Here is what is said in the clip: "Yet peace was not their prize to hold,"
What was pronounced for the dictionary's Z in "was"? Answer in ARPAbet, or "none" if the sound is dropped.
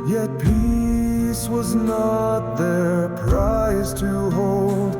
Z